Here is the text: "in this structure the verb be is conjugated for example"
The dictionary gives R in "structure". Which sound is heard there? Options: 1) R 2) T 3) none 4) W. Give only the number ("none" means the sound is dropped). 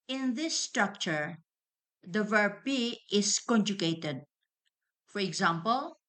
1